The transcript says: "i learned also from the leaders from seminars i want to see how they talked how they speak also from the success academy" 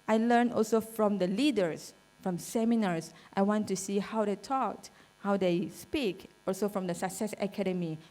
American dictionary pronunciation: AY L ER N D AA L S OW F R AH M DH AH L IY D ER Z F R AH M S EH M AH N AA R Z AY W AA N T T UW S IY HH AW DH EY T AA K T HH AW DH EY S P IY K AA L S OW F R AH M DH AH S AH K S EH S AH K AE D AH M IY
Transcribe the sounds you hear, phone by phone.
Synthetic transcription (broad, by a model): AY L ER N AA L S OW F R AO M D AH L IY D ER S F R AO M S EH M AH N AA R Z AY W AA N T T UW S IY HH AW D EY T AA K T HH AW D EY S P IY K AA L S OW F R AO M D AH S AH K S EH S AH K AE D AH M IY